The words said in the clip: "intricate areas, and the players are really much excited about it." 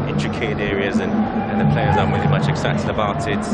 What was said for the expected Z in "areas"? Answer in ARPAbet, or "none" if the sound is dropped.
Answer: Z